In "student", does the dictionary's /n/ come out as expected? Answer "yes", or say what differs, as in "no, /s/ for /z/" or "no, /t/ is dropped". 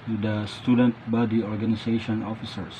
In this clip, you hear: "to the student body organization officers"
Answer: yes